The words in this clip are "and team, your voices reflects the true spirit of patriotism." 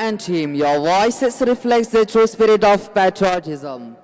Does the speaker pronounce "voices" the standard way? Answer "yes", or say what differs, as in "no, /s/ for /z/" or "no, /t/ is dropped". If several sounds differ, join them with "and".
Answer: no, /s/ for /z/